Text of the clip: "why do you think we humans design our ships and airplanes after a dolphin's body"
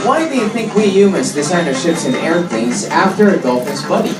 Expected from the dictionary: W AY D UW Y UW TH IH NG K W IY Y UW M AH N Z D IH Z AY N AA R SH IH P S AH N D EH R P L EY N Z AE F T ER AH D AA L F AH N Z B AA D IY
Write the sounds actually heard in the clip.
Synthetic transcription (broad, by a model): W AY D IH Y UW TH IH NG K W IY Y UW M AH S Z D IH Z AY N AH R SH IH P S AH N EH R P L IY Z AE F T ER AH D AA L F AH Z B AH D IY